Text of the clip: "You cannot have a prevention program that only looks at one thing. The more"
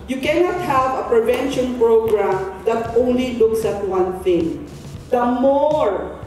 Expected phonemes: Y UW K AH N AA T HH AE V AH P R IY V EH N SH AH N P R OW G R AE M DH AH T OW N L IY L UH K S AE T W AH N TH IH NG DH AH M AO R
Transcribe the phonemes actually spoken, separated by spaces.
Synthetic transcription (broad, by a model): Y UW K AH N AA T HH AE V AH P R IY V EH N SH AH N P R OW G R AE M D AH T OW N L IY L UH K S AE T W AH N TH IH NG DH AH M AO R